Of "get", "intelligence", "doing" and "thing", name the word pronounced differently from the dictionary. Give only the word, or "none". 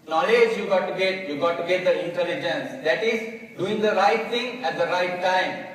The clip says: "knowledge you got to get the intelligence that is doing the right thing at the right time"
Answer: thing